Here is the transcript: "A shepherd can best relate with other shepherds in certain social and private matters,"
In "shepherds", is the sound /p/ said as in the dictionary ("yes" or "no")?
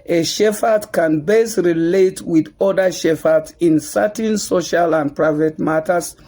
no